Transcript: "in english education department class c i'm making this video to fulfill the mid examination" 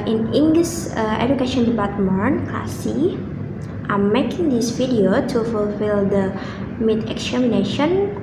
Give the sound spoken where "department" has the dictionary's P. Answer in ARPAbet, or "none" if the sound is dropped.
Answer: B